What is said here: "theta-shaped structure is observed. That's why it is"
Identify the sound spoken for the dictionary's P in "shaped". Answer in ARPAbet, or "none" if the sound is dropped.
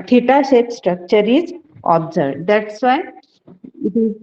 none